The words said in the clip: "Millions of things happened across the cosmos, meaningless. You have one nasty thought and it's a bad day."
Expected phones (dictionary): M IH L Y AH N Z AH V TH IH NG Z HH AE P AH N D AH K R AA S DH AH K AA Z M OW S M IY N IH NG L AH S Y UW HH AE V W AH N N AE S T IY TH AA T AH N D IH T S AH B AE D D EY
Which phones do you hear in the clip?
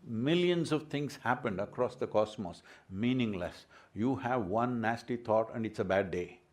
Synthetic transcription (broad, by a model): M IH L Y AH N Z AH V T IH NG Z HH AE P AH N D AH K R AA S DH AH K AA S M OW S M IY N IH NG L AH S Y UW HH AE V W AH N N AE S T IY T AA T AH N D IH T S AH B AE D D EY